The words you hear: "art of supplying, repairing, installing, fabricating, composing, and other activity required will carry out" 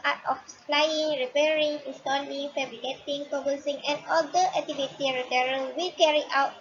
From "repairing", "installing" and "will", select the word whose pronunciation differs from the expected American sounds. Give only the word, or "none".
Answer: installing